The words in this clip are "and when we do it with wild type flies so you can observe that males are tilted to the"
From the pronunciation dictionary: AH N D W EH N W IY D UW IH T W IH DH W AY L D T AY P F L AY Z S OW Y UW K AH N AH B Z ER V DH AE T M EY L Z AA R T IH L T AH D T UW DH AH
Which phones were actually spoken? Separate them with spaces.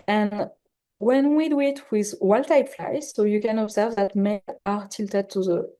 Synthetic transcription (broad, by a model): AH N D W EH N W IY D UW IH T W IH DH W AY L T AY P F L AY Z S OW Y UW K AH N AH B Z ER V DH AE T M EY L AA R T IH L T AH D T UW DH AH